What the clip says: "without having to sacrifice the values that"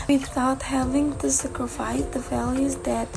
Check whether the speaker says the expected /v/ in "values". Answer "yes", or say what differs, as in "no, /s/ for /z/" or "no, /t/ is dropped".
no, /f/ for /v/